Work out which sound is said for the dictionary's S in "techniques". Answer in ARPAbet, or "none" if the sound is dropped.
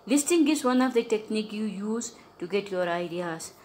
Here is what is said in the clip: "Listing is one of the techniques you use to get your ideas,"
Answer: none